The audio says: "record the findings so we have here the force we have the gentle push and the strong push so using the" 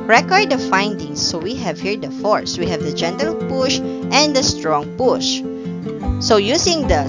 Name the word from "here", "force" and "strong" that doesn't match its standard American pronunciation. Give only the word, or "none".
none